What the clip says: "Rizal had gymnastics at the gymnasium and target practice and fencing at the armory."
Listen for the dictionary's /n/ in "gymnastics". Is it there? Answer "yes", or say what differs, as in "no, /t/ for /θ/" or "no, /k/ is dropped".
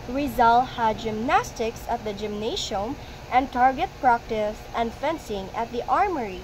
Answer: yes